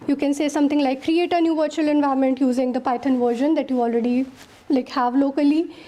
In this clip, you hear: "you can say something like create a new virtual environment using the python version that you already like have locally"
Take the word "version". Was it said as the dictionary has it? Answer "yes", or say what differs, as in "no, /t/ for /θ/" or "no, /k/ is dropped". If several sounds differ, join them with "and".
yes